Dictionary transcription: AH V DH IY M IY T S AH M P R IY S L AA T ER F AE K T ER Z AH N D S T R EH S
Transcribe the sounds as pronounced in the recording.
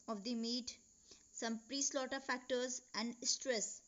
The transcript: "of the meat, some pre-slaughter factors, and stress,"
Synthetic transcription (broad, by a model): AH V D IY M IY T S AH M P R IY S L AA T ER F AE K T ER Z AH N D S T R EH S